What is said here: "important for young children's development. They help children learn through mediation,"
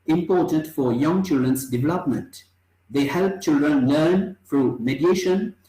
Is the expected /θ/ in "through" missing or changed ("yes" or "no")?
yes